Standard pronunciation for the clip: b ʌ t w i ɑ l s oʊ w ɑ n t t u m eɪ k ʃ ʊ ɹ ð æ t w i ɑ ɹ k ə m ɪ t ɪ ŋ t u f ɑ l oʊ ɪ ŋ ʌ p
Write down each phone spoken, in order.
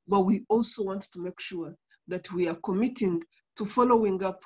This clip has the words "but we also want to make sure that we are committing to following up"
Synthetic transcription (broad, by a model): b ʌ t w i ɑ l s oʊ w ɑ n t t u m eɪ k ʃ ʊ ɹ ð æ t w i ɑ ɹ k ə m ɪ t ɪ ŋ t u f ɑ l oʊ ɪ ŋ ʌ p